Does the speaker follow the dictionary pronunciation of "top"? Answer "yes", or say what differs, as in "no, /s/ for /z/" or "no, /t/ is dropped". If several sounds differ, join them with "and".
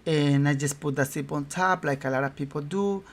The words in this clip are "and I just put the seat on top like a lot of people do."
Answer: no, /s/ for /t/